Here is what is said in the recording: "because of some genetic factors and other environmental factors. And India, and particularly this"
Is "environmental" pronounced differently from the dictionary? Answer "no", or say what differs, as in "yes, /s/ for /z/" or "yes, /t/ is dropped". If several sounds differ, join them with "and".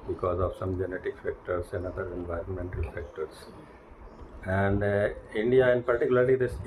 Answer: no